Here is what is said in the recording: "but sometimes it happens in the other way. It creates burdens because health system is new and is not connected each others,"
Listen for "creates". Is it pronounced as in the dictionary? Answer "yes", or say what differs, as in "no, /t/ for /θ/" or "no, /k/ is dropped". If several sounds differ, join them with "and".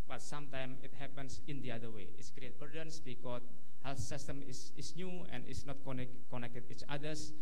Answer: no, /s/ is dropped